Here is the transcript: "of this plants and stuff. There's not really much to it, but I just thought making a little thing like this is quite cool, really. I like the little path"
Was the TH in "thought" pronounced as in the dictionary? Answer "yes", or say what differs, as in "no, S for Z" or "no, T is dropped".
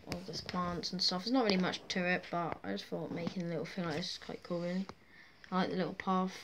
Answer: no, F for TH